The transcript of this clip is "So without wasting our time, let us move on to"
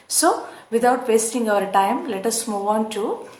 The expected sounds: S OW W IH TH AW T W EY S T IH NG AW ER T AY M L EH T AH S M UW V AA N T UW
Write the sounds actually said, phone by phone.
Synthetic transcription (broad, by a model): S OW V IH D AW T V EY S T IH NG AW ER T AY M L EH T AH S M UW V AA N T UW